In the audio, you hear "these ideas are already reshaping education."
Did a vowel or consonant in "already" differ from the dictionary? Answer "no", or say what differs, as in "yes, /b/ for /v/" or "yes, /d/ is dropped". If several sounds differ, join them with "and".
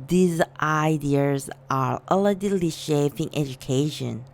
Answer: yes, /ɹ/ is dropped